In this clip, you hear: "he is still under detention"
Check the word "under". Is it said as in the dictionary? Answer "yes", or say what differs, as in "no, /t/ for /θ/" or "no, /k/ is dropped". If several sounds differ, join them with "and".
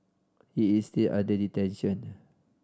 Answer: no, /n/ is dropped